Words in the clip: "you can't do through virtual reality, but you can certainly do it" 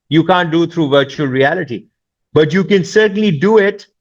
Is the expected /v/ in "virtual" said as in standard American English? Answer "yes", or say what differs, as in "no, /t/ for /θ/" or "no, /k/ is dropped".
yes